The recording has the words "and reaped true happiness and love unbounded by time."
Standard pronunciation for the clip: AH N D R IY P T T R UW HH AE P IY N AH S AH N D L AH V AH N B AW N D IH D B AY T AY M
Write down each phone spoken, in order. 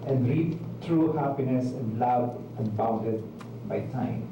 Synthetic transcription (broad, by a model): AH N D R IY T T R UW HH AE P IY N AH S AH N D L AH B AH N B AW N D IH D B AY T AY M